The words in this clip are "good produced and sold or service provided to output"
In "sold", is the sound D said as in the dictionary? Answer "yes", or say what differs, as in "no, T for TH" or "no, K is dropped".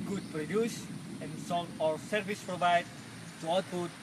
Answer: no, D is dropped